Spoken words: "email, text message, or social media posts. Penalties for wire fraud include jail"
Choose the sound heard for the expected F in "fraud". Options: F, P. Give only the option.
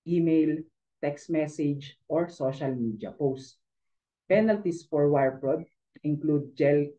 P